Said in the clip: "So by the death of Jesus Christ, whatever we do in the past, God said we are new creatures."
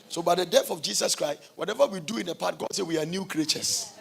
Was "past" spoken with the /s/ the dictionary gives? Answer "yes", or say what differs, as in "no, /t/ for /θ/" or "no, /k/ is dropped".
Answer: no, /s/ is dropped